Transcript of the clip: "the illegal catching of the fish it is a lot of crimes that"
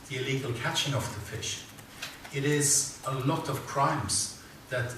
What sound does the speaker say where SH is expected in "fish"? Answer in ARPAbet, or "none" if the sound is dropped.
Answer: SH